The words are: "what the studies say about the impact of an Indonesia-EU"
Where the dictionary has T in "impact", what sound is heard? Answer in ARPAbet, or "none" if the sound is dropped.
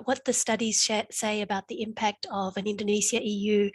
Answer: T